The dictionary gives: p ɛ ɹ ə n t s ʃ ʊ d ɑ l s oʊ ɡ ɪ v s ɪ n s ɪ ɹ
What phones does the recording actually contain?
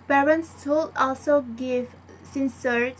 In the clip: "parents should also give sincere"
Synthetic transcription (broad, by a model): p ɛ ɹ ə n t s s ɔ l ɑ l s oʊ ɡ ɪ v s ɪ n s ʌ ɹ